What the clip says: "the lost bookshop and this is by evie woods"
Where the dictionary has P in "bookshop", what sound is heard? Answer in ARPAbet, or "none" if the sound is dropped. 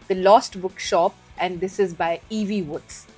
P